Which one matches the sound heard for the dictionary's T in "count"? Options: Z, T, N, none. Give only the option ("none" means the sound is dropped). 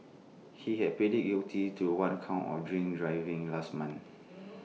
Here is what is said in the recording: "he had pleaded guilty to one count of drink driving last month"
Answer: none